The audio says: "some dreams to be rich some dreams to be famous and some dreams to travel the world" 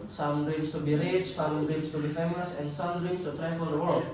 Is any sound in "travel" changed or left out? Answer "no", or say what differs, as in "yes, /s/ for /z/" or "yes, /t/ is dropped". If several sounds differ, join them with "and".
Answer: yes, /f/ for /v/